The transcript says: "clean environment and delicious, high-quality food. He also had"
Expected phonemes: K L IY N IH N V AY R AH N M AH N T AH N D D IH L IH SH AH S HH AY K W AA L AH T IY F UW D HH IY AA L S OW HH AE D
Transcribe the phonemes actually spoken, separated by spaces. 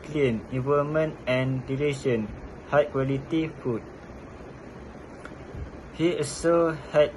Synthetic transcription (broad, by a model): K L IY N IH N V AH L M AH N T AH N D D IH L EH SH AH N HH AY K W AA L AH T IY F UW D HH IY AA S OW HH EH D